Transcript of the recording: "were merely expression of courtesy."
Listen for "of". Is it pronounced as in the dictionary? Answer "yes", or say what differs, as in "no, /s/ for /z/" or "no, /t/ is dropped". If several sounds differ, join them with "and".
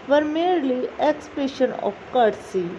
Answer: no, /p/ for /v/